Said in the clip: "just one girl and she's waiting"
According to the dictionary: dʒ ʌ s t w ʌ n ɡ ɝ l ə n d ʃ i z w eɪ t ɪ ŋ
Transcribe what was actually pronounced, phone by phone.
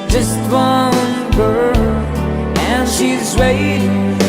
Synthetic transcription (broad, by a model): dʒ ʌ s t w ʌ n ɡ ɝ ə n ʃ i z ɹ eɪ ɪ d